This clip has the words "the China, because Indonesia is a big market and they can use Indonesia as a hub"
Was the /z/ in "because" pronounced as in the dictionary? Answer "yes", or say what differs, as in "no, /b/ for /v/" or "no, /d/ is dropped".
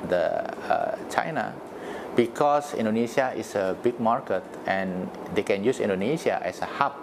no, /s/ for /z/